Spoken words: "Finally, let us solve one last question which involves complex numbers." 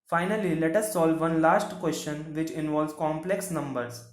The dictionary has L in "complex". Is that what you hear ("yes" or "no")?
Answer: yes